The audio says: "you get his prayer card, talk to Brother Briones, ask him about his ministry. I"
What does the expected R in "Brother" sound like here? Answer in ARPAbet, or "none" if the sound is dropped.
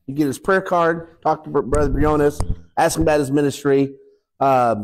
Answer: R